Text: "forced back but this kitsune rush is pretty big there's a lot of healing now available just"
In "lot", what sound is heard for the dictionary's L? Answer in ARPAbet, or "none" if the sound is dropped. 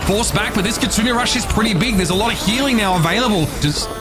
L